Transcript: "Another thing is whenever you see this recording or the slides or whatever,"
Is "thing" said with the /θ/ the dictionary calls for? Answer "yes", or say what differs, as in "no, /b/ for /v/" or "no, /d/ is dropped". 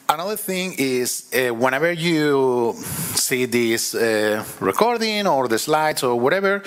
yes